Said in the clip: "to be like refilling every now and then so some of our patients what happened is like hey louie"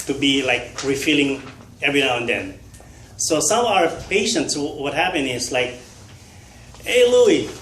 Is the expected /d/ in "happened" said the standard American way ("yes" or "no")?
no